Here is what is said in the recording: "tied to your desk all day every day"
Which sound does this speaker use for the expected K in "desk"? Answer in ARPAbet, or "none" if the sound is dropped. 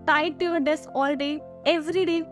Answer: none